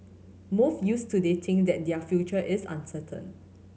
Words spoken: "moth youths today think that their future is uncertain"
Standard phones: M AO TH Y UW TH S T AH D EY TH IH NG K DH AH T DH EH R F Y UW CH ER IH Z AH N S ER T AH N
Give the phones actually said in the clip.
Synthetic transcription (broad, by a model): M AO F Y UW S T AH D EY T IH NG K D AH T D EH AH F Y UW CH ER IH S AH N S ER T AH N